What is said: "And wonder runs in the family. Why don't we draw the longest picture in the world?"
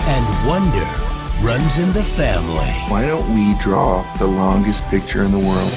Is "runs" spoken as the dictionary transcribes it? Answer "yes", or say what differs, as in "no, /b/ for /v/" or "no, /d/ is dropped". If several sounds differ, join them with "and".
yes